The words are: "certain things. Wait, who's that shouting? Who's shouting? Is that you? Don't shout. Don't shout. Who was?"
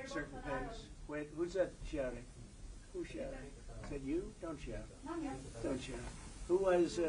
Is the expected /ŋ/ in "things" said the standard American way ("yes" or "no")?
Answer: no